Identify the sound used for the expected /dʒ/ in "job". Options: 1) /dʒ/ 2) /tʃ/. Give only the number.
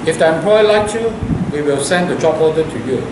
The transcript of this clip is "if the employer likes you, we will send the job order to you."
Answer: 2